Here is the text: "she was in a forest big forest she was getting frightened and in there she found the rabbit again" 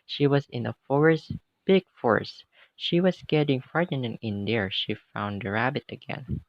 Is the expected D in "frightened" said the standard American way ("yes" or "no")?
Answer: no